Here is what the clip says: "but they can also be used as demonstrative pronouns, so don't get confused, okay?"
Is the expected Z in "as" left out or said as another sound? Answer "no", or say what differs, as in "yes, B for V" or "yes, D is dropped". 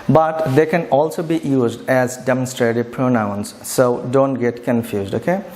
no